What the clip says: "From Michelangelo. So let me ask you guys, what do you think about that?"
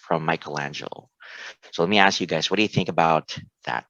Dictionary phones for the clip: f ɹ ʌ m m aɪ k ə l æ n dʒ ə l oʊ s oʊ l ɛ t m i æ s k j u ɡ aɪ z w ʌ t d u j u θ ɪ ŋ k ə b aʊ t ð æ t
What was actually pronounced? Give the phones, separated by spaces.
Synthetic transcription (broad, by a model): f ɹ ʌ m m aɪ k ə l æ n dʒ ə l s oʊ l ɛ t m i æ s k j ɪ ɡ aɪ z w ʌ t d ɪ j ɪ θ ɪ ŋ k ə b aʊ t ð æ t